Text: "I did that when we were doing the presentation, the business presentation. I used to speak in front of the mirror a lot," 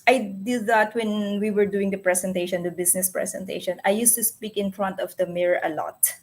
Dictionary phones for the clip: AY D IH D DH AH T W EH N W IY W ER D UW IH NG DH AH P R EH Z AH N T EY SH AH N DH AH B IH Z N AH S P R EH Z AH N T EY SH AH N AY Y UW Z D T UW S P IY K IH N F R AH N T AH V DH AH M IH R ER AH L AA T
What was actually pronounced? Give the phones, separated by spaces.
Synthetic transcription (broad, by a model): AY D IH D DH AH T W EH N W IY W ER D UW IH NG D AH P R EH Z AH N T EY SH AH N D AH B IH S N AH S P R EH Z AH N T EY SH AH N AY Y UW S T UW S P IY K IH N F R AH N T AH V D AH M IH R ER AH L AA T